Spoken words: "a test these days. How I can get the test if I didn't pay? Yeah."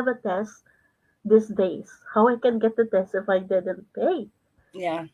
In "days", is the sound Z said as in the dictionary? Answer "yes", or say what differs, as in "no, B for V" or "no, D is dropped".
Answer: no, S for Z